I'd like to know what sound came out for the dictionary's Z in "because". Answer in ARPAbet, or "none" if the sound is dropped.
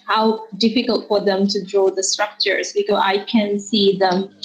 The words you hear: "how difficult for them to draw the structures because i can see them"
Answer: none